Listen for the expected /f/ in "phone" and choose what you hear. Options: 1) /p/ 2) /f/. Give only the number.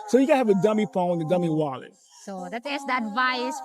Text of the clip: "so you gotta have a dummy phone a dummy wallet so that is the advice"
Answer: 1